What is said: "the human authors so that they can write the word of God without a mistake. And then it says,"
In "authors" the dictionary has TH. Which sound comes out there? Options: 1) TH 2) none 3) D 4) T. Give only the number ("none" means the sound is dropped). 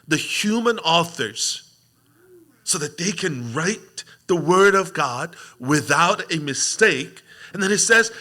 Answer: 1